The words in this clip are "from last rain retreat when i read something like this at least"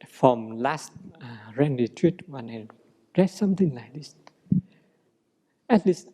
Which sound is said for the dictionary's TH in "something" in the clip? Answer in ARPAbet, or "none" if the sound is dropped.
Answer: T